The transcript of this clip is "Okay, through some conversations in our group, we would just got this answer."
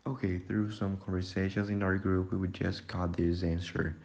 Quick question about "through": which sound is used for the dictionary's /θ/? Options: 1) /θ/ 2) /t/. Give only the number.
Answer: 1